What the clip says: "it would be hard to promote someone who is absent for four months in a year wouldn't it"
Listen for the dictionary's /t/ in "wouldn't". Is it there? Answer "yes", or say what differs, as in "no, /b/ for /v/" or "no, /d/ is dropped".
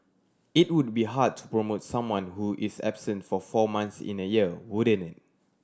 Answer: no, /t/ is dropped